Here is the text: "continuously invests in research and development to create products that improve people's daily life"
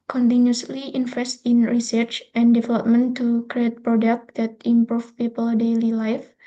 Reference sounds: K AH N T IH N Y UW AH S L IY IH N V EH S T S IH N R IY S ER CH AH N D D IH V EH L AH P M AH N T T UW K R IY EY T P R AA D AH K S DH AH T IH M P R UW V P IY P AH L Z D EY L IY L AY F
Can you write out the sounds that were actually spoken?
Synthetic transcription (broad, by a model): K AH N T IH N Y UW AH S L IY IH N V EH S T IH N R IY S ER CH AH N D D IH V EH L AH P M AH N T T UW K R IY EY T P R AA D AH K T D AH T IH M P R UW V P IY P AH L D EY L IY L AY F